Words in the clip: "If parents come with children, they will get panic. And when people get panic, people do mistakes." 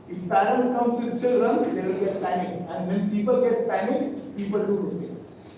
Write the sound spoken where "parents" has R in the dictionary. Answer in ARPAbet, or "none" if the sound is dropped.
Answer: L